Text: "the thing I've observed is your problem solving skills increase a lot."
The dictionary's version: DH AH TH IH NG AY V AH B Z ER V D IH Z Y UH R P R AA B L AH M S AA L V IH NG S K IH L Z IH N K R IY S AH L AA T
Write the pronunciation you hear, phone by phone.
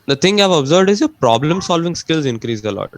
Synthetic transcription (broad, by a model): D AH T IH NG AY V AH B Z ER V D IH Z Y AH P R AA B L AH M S AA L V IH NG S K IH L Z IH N K R IY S AH L AA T